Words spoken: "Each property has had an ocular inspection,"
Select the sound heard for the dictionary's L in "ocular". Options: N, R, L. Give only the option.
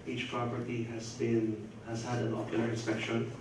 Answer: N